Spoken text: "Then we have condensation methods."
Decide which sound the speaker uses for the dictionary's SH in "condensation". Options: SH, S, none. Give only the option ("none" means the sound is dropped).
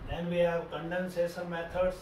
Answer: S